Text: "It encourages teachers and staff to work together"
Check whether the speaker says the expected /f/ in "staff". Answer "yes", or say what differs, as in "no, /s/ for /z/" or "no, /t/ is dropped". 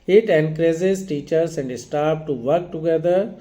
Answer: no, /p/ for /f/